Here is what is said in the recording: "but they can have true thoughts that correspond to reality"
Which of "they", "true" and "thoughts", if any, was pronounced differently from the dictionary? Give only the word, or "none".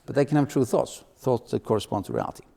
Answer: none